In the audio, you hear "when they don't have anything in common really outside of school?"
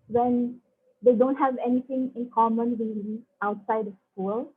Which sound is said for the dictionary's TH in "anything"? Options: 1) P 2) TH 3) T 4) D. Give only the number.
3